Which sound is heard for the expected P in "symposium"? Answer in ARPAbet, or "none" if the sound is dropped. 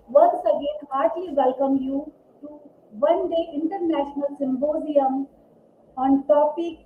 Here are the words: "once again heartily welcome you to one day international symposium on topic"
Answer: B